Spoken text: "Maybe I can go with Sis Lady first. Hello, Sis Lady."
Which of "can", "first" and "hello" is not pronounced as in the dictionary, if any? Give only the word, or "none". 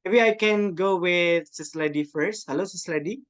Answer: none